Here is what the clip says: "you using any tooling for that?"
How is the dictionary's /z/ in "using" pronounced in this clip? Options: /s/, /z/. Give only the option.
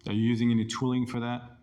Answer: /z/